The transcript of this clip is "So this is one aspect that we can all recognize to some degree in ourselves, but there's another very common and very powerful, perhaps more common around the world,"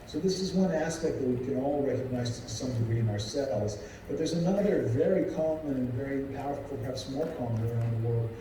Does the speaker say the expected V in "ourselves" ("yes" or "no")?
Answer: no